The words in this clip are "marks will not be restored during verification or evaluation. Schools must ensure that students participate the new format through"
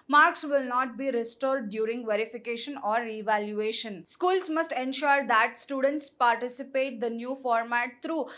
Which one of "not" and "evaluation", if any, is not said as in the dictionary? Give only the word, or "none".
none